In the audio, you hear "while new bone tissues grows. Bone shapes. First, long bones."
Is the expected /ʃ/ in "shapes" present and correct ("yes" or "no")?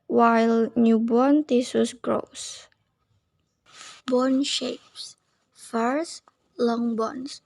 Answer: yes